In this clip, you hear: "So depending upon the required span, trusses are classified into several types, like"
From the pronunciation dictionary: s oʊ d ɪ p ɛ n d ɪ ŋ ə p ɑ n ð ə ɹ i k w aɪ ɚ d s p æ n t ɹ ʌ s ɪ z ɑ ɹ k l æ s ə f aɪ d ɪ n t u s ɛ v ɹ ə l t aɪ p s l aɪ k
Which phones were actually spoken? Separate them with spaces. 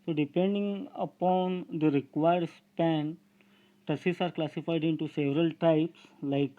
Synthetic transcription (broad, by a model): s oʊ d ɪ p ɛ n d ɪ ŋ ə p ɑ n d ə ɹ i k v aɪ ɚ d s p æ n t ʌ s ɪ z ɑ ɹ k l æ s ə f aɪ d ɪ n t u s ɛ v ɹ ə l t aɪ p s l aɪ k